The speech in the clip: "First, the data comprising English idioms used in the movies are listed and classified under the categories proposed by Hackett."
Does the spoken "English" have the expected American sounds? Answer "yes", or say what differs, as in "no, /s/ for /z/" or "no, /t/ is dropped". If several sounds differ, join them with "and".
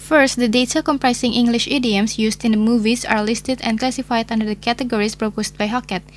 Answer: yes